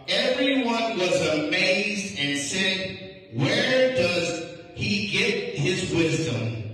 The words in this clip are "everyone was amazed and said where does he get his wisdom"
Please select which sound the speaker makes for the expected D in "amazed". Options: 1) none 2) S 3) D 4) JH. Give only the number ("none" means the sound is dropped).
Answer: 3